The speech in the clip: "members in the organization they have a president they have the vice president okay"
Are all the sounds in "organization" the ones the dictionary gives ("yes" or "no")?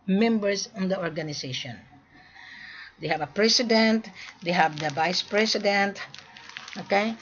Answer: no